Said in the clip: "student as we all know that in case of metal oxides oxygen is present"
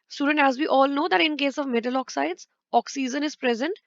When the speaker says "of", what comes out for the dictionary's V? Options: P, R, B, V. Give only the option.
V